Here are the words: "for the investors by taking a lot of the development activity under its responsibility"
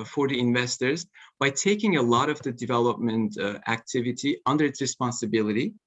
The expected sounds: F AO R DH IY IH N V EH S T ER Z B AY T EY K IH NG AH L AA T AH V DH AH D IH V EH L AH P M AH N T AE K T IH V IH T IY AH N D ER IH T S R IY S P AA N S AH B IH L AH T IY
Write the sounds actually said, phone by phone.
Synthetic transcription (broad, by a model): F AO R DH IY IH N V EH S T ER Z B AY T EY K IH NG AH L AA T AH V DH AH D IH V EH L AH P M AH N T AE K T IH V IH T IY AH N D ER IH T S R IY S P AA N S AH B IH L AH T IY